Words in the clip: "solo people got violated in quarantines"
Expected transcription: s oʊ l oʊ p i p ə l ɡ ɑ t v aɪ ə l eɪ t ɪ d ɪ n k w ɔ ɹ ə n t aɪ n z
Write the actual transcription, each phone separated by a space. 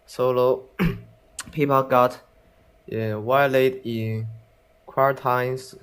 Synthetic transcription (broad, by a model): s oʊ l oʊ p i p ə l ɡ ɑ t w aɪ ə l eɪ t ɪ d ɪ n k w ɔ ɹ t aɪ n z